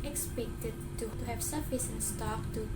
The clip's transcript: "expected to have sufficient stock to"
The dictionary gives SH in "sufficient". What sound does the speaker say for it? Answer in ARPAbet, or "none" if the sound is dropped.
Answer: S